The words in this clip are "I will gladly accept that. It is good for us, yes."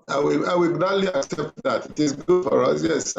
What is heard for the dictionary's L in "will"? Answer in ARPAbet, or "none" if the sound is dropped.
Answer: W